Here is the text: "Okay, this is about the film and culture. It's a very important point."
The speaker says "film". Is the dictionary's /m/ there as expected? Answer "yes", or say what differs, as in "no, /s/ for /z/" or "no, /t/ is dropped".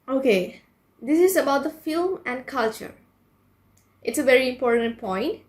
yes